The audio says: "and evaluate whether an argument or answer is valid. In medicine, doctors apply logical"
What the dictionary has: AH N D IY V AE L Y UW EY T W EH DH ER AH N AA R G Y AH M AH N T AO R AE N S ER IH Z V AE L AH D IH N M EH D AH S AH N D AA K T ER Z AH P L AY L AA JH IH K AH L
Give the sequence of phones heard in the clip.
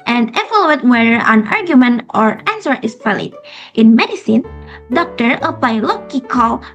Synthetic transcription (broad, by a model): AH N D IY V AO L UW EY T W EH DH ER AH N AA R G Y AH M AH N T AO R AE N S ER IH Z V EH L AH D IH N M EH D AH S AH N D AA K T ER AH P L AY L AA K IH K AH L